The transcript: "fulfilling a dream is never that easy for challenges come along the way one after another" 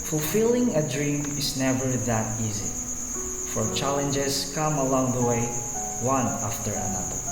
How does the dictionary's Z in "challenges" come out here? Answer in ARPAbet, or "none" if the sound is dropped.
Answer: S